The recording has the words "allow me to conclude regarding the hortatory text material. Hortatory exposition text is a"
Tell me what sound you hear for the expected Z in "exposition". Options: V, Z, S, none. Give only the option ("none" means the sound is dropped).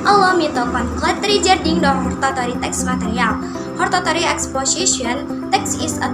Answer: S